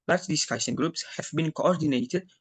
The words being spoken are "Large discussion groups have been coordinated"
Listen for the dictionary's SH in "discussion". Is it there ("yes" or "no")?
no